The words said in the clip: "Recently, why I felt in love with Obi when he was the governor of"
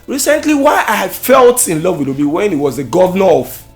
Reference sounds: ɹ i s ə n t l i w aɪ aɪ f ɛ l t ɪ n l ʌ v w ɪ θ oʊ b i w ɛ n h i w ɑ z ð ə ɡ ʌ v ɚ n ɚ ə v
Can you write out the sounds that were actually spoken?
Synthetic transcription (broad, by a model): ɹ i s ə n t l i w aɪ aɪ f ɛ l t ɪ n l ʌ v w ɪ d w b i w ɛ n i w ɑ z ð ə ɡ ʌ v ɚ n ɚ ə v